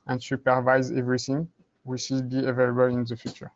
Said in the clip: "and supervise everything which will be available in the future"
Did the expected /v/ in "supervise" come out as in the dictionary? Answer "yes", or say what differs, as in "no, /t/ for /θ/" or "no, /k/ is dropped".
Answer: yes